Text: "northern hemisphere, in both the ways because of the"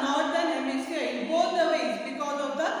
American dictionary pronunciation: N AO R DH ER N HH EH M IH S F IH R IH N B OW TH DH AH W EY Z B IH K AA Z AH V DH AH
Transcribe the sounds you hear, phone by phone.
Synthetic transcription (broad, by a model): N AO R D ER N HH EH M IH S EH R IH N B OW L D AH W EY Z B IH K AA Z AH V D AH